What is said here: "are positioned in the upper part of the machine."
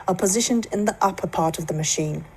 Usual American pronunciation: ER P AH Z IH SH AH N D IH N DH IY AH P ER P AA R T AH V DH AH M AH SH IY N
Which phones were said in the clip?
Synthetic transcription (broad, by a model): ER P AH Z IH SH AH N D IH N DH IY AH P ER P AA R T AH V DH AH M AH SH IY N